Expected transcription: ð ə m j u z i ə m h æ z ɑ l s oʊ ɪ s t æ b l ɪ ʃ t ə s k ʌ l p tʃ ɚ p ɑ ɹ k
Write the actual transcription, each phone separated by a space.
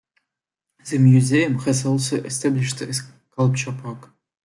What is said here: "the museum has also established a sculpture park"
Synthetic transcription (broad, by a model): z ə m j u z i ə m h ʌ s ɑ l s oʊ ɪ s t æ b l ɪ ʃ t ə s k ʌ l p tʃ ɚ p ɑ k